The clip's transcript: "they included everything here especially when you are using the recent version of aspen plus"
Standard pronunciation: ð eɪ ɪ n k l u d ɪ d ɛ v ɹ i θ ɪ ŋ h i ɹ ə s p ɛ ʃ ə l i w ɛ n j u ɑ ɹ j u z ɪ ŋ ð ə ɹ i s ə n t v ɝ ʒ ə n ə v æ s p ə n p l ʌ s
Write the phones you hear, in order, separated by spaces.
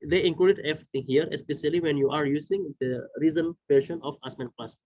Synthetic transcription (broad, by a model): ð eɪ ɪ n k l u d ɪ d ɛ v ɹ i t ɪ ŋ h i ɹ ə s p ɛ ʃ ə l i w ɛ n j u ɑ ɹ j u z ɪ ŋ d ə ɹ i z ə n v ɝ ʃ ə n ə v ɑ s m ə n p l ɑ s